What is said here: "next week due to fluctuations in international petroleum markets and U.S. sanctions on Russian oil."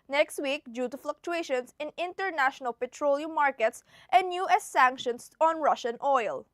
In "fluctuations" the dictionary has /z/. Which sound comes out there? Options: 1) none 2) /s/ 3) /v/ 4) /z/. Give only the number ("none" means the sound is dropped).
2